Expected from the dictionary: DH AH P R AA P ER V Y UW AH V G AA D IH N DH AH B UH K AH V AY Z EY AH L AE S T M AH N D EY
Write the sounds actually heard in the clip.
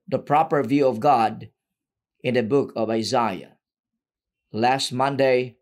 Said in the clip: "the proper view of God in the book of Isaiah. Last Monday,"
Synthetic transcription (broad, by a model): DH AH P R AA P ER V Y UW AH V G AA D IH N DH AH B UH K AH V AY Z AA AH L AE S T M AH N D EY